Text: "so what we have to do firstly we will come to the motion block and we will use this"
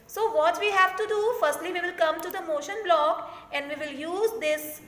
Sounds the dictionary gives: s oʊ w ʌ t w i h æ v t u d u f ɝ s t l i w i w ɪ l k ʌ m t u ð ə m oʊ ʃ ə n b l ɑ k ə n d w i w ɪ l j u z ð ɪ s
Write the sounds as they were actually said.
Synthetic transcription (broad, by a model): s oʊ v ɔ t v i h æ v t u d u f ɝ s t l i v i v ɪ l k ʌ m t u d ə m oʊ ʃ ə n b l ɑ k ə n d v i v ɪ l j u z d ɪ s